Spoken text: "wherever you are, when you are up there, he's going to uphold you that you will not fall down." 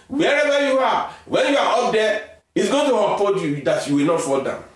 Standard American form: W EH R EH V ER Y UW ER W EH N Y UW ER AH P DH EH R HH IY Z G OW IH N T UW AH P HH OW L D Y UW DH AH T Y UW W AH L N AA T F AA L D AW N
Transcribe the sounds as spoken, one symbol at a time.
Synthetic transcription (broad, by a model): W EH R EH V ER Y UW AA W EH N Y UW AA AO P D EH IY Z G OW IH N T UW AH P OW D Y UW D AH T Y UW W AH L N AA T F AA L D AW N